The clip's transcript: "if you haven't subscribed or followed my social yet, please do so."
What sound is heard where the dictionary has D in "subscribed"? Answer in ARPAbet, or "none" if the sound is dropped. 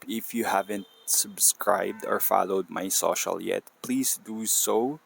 D